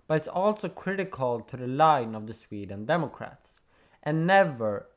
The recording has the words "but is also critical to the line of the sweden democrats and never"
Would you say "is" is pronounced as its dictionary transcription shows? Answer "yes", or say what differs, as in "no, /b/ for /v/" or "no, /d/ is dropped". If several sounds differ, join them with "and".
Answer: no, /s/ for /z/